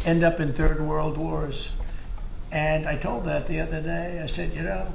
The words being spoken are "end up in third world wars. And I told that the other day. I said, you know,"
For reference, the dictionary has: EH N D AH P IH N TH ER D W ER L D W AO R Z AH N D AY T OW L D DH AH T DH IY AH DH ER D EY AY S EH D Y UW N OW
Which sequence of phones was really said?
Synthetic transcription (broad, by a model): EH N D AH P IH N TH ER D W ER L D W AO R Z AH N AY T OW L D DH AH T DH IY AH DH ER D EY AY S EH D Y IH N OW